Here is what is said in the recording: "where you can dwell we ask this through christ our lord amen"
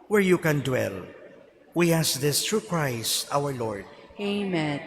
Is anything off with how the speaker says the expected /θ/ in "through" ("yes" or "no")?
yes